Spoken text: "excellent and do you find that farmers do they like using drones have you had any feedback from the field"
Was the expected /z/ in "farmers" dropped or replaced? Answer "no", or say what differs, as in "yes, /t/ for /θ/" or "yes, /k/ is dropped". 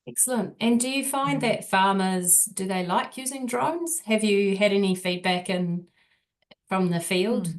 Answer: no